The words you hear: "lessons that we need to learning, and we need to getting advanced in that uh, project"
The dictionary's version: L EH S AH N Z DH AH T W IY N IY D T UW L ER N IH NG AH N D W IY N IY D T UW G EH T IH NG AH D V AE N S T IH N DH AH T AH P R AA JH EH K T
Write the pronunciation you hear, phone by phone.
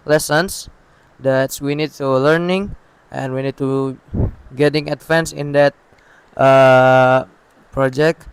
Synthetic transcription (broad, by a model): L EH S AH N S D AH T W IY N IY D T UW L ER N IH NG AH N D W IY N IY D T UW G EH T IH NG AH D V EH N S IH N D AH T AH P R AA JH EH K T